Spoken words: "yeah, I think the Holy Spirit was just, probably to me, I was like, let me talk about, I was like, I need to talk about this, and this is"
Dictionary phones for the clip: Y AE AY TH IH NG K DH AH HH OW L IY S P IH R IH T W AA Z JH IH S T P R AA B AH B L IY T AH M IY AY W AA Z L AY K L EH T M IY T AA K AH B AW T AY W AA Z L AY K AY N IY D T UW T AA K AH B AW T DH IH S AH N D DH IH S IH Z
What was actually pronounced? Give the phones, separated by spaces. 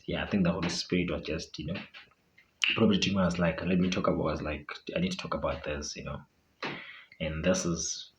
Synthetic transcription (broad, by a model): Y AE AY TH IH NG K DH AH HH OW L IY S P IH R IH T W AA Z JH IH S T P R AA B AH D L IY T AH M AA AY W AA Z L AY K L EH T M IY T AA K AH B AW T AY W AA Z L AY K AY N IY D T UW T AA K AH B AW T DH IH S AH N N DH IH S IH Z